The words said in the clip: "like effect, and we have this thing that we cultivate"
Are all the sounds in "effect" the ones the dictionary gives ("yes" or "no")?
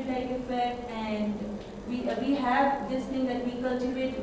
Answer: no